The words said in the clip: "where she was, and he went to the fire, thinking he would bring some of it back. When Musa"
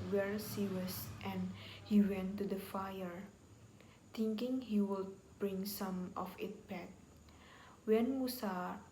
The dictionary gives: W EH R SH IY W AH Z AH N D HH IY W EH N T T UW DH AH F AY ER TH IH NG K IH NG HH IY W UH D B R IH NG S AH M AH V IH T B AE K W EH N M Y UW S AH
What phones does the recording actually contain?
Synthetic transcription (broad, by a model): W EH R S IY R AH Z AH N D HH IY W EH N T T UW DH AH F AY ER T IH NG K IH NG HH IY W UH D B R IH NG S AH M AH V IH T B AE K W EH N M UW S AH